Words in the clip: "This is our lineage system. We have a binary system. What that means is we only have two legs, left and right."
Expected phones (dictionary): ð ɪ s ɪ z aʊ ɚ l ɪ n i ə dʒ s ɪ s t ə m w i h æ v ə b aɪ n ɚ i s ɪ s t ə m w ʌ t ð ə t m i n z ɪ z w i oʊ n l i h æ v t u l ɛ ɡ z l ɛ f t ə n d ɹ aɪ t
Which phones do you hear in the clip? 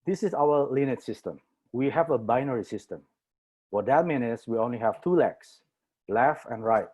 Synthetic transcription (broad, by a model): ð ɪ s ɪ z aʊ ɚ l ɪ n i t s ɪ s t ə m w i h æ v ə b aɪ n ɚ i s ɪ s t ə m w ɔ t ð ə t m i n ɪ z w i oʊ n l i h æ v t u l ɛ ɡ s l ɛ f ə n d ɹ aɪ t